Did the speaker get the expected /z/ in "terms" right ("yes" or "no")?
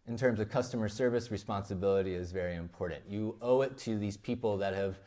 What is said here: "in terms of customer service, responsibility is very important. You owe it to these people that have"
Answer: yes